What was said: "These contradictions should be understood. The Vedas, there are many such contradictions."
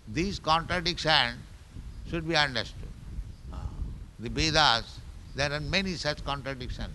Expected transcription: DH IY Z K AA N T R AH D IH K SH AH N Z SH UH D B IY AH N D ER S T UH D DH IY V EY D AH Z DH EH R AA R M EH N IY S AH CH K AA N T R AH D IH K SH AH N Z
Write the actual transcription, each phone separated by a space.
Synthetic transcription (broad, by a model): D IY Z K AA N T R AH D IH K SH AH N SH UH D B IY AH N D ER S T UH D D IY B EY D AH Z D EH R AA R M EH N IY S AH CH K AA N T R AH D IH K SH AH N